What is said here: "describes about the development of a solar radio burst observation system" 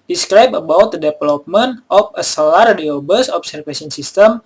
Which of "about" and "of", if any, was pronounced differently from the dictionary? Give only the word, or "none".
of